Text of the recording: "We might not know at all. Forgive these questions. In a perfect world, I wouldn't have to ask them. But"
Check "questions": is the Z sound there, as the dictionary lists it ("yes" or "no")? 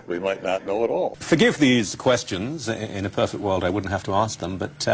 yes